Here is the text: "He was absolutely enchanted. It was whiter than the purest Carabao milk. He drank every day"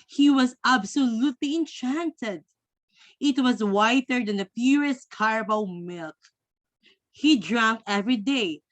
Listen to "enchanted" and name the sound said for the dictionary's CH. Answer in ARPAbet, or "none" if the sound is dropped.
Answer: CH